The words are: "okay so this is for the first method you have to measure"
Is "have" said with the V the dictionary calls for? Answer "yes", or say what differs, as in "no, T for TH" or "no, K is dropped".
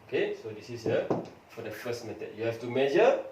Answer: no, F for V